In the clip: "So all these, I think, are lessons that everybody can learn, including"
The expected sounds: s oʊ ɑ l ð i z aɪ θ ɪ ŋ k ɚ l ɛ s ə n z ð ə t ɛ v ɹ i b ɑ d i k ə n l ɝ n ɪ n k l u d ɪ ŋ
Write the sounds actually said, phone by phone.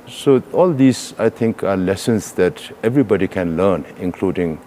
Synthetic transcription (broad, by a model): s oʊ ɑ l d i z aɪ t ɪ ŋ k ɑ l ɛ s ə n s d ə t ɛ v ɹ i b ɑ d i k ə n l ɝ n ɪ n k l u d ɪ ŋ